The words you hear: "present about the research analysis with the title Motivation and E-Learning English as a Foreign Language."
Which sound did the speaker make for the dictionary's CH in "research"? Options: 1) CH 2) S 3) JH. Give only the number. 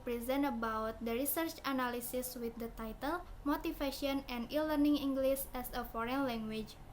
1